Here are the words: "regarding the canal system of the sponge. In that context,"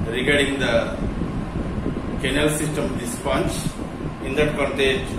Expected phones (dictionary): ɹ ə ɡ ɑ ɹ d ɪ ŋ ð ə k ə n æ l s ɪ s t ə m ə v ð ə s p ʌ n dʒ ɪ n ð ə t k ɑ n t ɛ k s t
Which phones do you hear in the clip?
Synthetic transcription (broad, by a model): ɹ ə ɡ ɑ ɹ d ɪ ŋ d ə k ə n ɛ l s ɪ s t ə m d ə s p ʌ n tʃ ɪ n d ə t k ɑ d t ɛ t